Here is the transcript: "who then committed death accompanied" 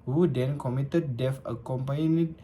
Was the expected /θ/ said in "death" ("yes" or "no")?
no